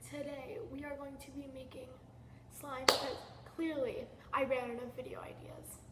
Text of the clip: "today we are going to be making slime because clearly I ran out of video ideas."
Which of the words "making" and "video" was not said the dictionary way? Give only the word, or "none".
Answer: none